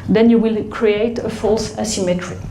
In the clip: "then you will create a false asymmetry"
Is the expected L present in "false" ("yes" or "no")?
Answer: yes